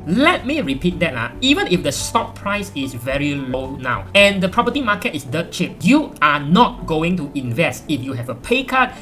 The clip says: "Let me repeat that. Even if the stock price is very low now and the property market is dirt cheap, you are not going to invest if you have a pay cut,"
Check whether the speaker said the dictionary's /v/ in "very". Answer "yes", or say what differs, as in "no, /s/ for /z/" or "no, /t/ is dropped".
yes